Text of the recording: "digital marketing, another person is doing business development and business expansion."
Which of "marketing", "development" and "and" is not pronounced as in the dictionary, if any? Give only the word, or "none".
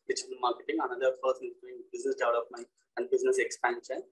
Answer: development